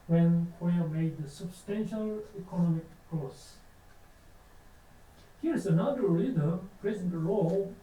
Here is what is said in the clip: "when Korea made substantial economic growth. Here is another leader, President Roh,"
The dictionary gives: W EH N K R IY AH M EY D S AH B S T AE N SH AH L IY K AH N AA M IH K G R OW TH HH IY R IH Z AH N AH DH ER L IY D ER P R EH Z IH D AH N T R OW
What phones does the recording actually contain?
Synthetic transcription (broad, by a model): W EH N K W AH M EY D S AH B S T AE N SH AH L IY K AH N AA M IH K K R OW S HH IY R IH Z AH N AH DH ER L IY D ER P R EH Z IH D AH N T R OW